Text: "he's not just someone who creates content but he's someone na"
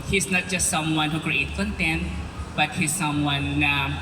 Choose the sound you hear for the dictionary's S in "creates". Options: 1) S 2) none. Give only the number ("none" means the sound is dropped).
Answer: 2